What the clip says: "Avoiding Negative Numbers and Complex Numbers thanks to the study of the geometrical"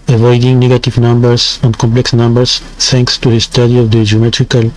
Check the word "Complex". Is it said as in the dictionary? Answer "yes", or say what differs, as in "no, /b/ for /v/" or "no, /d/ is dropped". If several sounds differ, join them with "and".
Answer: yes